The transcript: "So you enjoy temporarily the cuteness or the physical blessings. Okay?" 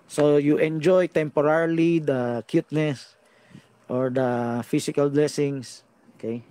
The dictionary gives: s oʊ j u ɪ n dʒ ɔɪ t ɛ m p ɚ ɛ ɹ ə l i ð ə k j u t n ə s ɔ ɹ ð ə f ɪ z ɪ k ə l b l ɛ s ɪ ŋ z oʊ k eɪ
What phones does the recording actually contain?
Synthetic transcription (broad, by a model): s oʊ j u ɪ n dʒ ɔɪ t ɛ m p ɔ ɹ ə l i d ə k j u t n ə s ɔ ɹ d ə f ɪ s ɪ k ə l b l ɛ s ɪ ŋ s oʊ k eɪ